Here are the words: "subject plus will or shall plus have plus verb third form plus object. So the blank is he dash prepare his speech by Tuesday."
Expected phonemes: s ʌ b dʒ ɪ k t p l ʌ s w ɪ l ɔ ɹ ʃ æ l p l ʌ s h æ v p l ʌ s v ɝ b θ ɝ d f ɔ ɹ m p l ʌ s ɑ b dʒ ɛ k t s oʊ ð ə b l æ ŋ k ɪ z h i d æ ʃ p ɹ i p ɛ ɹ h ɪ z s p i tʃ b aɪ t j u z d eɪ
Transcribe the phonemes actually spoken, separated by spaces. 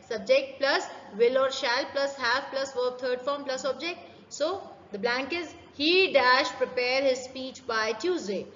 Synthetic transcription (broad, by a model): s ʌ b dʒ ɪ k t p l ʌ s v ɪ l ɔ ɹ ʃ æ l p l ʌ s h æ v p l ʌ s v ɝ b t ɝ d f ɔ ɹ m p l ʌ s ɑ b dʒ ɛ k t s oʊ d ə b l æ ŋ k ɪ z h i d æ ʃ p ɹ i p ɛ ɹ h ɪ z s p i tʃ b aɪ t j u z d eɪ